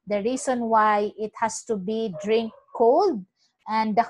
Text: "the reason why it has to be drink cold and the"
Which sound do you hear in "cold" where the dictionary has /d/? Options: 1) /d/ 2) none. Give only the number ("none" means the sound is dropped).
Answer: 1